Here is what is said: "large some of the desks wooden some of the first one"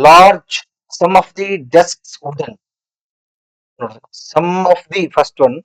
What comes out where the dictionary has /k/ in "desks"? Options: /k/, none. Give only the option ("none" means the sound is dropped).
/k/